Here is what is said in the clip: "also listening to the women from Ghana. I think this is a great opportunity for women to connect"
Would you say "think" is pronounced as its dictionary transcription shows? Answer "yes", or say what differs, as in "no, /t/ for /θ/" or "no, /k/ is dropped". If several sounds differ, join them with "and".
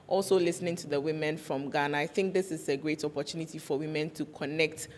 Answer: yes